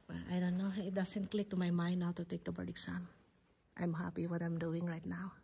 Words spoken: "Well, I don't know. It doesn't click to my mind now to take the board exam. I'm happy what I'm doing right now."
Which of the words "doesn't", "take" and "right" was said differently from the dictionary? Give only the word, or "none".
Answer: doesn't